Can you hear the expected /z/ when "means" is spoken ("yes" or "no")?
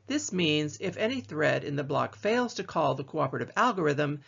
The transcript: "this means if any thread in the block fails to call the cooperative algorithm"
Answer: yes